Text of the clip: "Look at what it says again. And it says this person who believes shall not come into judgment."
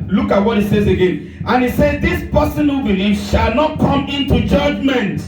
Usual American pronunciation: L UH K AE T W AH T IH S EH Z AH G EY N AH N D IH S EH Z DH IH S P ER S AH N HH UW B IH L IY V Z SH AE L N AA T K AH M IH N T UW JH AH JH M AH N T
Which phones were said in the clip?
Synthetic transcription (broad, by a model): L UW K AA T W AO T IH S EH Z AH G EY N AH N IH S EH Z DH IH S P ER S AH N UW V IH N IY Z SH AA L N AA T K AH M IH N T UW JH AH JH M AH N T